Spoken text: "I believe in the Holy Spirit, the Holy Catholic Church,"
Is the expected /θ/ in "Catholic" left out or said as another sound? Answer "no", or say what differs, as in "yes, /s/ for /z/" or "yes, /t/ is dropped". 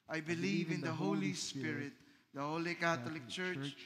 yes, /t/ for /θ/